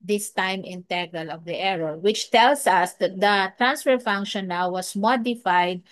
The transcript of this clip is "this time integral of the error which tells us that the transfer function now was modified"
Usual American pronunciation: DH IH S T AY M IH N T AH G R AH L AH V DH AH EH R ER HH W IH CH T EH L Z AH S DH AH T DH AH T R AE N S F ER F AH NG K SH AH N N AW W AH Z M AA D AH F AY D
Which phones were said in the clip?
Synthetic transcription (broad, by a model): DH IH S T AY M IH N T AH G AH L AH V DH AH EH R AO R W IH CH T EH L S AH S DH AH T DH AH T R AE N S F ER F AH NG K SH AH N N AW W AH S M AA D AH F AY D